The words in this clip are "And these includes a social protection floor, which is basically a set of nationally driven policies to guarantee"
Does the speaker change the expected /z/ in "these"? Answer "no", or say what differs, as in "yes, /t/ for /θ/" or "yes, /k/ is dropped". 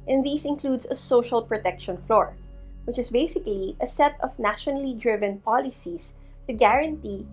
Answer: yes, /s/ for /z/